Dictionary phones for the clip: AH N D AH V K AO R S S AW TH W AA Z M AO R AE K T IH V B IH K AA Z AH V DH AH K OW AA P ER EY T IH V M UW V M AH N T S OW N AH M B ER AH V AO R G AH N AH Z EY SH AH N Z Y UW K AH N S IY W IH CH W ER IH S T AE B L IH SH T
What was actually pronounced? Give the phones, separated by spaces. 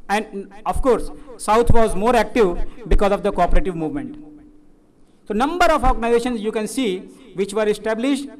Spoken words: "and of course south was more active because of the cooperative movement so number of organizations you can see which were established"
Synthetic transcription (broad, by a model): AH N D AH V K AO R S S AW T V AA Z M AO R AE K T IH V B IH K AA Z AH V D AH K OW AA P ER EY T IH V M UW V M AH N T S OW N AH M B ER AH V AO R G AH N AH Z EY SH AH N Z Y UW K AH N S IY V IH CH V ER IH S T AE B L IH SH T